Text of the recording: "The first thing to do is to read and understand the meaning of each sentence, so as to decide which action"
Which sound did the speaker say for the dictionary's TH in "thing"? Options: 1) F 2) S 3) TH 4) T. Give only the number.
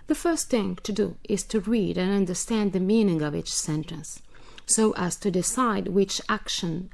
3